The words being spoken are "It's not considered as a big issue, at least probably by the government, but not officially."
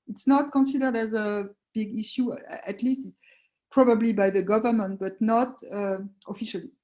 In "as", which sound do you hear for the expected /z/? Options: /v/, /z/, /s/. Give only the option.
/z/